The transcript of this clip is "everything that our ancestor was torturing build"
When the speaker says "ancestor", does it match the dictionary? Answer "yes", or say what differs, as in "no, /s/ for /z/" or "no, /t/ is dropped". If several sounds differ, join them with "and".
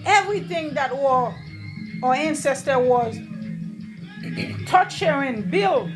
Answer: yes